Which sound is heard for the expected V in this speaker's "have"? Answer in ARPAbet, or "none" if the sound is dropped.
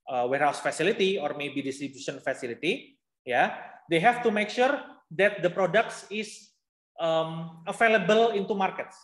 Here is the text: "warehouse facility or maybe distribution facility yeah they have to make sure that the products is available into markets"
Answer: F